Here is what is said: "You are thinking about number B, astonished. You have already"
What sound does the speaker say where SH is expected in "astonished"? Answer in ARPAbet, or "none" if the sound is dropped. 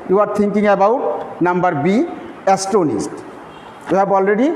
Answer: S